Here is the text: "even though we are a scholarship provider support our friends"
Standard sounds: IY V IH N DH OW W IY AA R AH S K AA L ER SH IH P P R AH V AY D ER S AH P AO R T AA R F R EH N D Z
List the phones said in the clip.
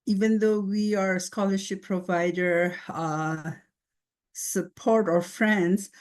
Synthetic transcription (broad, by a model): IY V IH N DH OW W IY AA R AH S K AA L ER SH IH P P R AH V AY D ER S AH P AO R T AA R F R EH N D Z